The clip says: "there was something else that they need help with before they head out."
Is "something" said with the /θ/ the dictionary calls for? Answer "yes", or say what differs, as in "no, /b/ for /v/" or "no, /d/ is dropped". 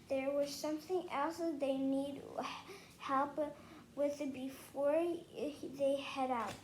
yes